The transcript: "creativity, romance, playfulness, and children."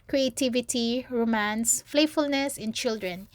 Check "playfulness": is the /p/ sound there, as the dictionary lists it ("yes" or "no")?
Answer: no